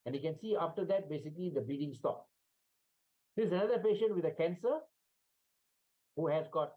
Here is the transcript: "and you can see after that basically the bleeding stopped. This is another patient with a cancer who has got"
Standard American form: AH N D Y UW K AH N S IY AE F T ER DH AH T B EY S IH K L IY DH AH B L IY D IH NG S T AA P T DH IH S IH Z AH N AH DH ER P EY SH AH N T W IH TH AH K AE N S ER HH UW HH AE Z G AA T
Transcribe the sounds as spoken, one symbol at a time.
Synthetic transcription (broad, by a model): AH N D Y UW K AH N S IY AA F T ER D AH T B EY S IH K L IY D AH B IY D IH NG S T AA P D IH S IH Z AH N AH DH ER P EY SH AH N T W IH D AH K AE N S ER HH UW HH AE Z G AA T